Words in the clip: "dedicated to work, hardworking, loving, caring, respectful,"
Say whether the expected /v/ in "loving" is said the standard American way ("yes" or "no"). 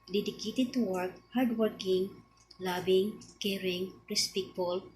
no